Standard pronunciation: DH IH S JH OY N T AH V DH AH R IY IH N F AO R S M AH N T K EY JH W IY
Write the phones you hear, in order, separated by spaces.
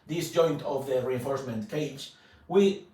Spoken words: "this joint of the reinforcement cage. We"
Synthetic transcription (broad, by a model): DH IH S JH OY N T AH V DH AH R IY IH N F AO R S M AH N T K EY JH W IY